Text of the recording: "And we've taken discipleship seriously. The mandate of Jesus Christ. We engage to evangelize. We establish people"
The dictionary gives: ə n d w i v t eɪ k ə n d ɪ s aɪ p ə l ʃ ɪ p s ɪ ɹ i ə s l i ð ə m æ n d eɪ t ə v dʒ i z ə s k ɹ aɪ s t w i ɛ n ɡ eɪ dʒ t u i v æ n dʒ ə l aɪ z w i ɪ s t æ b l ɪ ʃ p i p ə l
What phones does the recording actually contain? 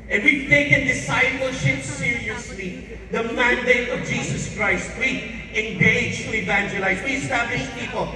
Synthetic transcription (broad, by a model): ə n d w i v t eɪ k ə n d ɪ s aɪ p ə l ʃ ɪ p s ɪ ɹ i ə s l i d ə m æ n d eɪ t ə v dʒ i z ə s k ɹ aɪ s t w i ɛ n ɡ eɪ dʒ t u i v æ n dʒ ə l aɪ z w i ɪ s t æ b l ɪ ʃ p i p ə l